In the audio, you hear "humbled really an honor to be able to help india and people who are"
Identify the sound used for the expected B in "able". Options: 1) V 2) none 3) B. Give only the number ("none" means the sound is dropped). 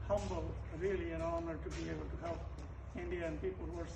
2